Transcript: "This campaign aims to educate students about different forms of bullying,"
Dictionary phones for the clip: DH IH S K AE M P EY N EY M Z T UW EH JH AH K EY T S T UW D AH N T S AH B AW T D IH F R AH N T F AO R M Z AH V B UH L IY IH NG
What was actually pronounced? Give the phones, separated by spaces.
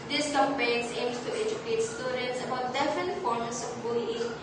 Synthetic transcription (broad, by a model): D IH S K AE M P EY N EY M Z T UW EH JH AH K EY T S T UW D AH N T S AH B AW T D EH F AH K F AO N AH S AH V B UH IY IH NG